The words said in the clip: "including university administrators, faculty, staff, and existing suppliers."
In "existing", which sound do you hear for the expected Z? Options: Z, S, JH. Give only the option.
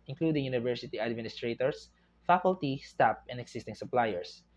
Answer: S